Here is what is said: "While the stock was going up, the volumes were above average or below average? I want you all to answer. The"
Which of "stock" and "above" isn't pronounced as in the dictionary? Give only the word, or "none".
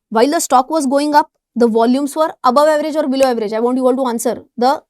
none